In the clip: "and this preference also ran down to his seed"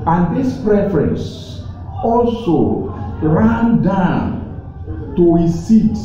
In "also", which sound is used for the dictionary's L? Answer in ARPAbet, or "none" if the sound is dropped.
L